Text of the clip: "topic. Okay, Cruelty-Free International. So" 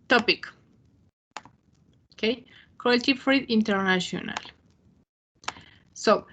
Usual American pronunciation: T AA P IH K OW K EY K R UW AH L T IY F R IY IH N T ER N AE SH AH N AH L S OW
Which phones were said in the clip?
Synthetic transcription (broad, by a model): T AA P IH K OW K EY K AO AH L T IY F R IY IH N T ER N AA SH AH N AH L S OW